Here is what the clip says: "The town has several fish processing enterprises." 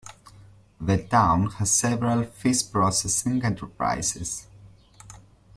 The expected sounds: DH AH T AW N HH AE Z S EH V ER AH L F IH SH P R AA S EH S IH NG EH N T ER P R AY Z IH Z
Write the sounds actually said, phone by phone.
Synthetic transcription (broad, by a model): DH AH T AW N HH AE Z S EH V ER AH L F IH S P R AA S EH S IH NG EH N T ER P R AY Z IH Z